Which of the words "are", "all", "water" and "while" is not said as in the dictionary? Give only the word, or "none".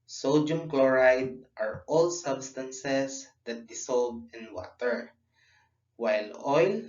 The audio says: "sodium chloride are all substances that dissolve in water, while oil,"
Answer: none